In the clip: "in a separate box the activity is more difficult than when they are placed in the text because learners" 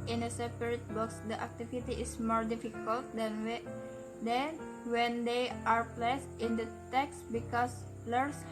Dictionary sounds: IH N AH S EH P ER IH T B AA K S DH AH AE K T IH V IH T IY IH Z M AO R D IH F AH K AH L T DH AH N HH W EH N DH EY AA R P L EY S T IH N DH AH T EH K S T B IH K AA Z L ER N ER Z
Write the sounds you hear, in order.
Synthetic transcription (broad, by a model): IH N AH S EH P ER IH T B AA K S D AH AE K T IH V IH T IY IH S M AO R D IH F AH K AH L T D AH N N W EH N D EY AA R P L EY S T IH N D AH T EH K S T B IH K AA S L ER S